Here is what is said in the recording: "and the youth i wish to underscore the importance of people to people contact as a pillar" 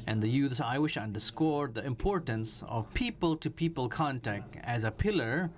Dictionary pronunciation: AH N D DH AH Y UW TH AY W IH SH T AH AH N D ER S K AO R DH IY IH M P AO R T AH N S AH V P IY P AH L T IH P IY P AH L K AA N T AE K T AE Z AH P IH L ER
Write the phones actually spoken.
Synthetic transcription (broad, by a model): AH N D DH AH Y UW S AY W IH SH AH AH N D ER S K AO R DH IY IH M P AO R T AH N S AH V P IY P AH L T IH P IY P AH L K AA N T AE K T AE Z AH P IH L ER